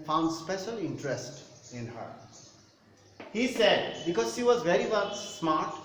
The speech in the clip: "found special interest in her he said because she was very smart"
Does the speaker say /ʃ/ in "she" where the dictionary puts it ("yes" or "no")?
yes